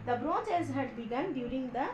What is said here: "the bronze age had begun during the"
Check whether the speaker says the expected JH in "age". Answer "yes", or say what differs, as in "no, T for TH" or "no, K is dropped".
no, Z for JH